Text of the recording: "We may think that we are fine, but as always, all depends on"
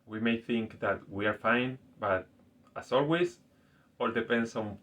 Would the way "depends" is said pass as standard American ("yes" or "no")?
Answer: no